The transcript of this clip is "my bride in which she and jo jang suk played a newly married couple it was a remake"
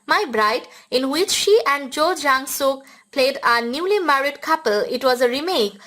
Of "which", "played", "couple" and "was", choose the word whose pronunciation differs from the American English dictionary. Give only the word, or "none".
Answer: none